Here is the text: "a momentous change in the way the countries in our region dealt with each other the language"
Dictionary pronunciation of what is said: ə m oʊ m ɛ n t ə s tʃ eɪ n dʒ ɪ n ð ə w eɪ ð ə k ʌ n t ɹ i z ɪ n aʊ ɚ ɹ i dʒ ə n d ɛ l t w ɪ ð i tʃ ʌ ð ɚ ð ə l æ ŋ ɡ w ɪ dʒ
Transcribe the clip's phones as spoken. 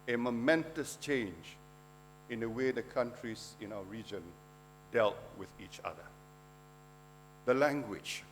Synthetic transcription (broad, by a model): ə m oʊ m ɛ n t ə s tʃ eɪ n dʒ ɪ n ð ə w eɪ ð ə k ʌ n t ɹ i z ɪ n aʊ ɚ ɹ i dʒ ə n d ɛ l t w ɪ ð i tʃ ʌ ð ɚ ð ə l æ ŋ ɡ w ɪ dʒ